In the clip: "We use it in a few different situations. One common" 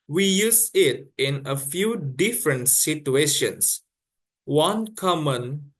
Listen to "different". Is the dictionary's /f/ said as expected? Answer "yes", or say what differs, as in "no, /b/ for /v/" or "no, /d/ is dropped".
yes